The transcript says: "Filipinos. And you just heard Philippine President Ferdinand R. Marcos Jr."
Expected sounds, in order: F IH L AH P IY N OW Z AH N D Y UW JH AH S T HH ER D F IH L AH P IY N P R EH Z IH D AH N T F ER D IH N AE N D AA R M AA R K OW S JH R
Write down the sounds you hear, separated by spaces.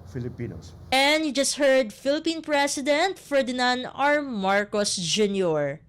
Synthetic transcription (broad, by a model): F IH L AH P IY N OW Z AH N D Y UW JH AH S T HH ER D F IH L AH P IY N P R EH S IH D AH N T F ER D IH N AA N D AA R M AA R K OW S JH R